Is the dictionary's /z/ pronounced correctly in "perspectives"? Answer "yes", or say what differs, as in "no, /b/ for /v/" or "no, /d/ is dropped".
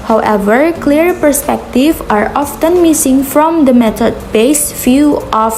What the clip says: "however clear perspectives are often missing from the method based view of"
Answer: no, /z/ is dropped